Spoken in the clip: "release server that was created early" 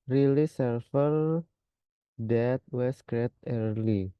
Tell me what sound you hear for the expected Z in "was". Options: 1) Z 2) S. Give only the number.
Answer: 2